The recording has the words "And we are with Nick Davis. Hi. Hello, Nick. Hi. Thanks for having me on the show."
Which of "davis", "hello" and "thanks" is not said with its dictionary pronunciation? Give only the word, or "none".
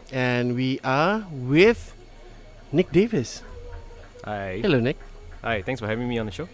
thanks